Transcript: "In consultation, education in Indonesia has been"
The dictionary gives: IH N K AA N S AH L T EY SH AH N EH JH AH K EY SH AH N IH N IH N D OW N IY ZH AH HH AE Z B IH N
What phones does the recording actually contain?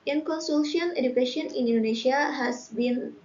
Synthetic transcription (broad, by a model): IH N K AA N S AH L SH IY AH N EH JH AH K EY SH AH N IH N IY N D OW N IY SH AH HH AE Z B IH N